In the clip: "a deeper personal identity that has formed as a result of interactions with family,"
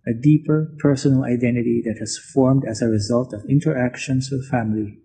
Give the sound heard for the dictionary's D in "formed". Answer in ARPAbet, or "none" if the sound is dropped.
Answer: D